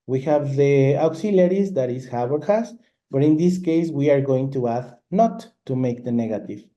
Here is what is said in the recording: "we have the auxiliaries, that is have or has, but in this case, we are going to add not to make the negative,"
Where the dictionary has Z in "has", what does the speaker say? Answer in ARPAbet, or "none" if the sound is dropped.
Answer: S